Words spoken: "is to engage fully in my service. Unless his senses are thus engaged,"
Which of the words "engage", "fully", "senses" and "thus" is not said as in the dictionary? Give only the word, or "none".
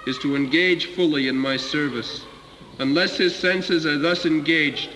engage